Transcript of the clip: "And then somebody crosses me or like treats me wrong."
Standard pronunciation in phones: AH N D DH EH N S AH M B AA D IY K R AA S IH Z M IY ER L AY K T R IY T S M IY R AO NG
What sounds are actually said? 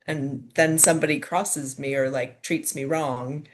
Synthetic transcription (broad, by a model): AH N DH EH N S AH M B AA D IY K R AA S IH Z M IY ER L AY K T R IY T S M IY R AO NG